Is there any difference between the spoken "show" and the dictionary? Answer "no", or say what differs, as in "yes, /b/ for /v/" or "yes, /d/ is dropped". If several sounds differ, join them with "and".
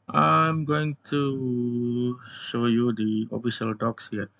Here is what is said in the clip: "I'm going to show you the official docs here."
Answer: no